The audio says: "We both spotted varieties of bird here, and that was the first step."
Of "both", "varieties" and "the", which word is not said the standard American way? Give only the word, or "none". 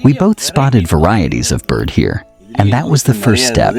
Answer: none